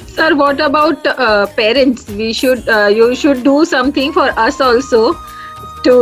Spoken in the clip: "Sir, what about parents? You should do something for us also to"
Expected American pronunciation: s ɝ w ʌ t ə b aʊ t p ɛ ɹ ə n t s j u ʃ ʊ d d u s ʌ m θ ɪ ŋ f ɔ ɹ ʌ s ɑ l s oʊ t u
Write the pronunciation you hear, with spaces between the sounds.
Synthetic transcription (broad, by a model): s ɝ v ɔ t ə b aʊ t p ɛ ɹ ə n t s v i ʃ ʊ d d u s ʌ m t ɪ ŋ f ɔ ɹ ʌ s ɑ l s oʊ t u